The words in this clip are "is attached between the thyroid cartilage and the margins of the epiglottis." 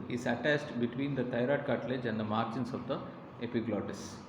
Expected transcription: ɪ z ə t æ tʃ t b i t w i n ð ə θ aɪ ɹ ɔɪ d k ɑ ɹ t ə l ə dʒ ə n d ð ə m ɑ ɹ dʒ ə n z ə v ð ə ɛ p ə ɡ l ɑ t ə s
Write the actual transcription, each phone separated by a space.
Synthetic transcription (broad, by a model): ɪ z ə t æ s t b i t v i n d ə t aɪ ɹ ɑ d k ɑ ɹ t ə l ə dʒ ə n d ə m ɑ ɹ tʃ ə n s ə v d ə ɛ p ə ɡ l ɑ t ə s